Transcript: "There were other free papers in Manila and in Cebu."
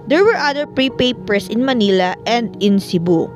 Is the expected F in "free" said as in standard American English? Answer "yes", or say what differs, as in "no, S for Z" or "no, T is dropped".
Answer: no, P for F